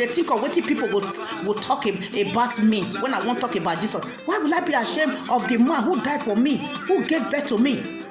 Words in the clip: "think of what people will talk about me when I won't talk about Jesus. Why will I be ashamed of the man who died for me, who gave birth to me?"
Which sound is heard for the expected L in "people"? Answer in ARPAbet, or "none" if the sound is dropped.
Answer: W